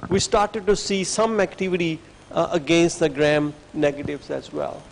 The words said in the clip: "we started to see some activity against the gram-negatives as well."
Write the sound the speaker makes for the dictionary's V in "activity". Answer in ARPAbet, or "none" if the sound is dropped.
V